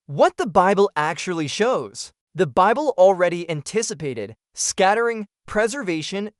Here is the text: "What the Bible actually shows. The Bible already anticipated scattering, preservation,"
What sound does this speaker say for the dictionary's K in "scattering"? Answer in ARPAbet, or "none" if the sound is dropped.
K